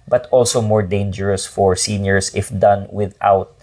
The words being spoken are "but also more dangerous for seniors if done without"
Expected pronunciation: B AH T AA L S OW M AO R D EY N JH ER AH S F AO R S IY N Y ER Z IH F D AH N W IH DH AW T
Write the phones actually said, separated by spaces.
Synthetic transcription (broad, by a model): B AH T AA L S OW M AO R D EY N JH ER AH S F AO R S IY N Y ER S IH F D AH N W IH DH AW T